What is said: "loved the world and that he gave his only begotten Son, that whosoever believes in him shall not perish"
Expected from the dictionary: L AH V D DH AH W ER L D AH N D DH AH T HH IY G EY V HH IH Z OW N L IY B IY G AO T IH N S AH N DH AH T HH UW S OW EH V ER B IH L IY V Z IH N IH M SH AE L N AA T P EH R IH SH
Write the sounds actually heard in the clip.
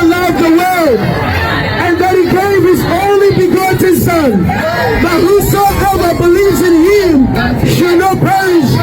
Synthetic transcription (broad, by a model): L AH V DH AH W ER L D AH N DH AH T HH IY G EY V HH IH Z OW N L IY B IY G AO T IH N S AH N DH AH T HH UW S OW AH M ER B IH L IY V Z IH N IH M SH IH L N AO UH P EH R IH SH